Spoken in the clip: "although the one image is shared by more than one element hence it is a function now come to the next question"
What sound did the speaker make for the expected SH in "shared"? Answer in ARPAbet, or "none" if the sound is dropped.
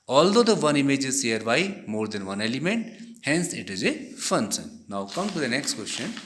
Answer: S